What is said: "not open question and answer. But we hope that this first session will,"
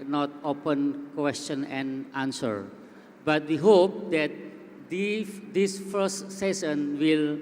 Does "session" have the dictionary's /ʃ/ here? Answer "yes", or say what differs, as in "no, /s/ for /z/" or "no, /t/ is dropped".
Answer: no, /s/ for /ʃ/